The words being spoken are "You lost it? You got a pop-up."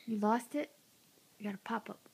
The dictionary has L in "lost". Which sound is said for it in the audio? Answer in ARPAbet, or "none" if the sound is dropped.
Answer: L